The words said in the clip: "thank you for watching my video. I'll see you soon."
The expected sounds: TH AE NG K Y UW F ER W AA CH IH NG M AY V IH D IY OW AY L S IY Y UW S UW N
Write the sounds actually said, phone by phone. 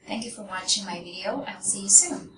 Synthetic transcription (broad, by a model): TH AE NG K Y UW F ER W AA CH IH NG M AY V IH D IY OW AY L S IY Y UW S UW N